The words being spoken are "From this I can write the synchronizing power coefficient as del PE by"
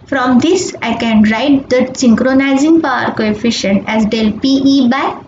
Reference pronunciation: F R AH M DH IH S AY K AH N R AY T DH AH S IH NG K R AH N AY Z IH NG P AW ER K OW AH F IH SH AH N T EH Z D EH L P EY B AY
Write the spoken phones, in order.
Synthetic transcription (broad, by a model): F R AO M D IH S AY K AH N R AY T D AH S IH NG K R AH N AY Z IH NG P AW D K OW AH F IH SH AH N T EH Z D EH L P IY B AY